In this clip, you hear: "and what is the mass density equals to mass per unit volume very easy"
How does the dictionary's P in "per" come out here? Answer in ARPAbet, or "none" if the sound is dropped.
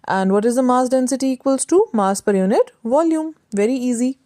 P